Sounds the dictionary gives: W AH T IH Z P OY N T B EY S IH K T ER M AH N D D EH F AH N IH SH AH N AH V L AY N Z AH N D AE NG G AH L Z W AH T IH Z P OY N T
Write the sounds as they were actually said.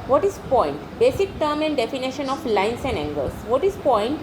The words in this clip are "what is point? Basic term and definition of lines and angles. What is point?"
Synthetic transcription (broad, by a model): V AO T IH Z P OY N T B EY S IH K T ER M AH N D D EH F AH N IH SH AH N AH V L AY N S AH N D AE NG G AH L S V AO T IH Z P OY N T